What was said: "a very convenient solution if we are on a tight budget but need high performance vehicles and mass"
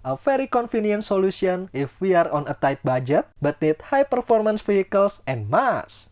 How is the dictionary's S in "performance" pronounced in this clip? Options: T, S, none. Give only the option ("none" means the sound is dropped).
S